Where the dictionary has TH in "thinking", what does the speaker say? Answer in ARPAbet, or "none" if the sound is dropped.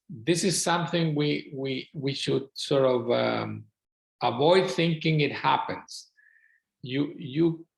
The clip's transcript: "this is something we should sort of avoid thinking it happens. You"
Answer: TH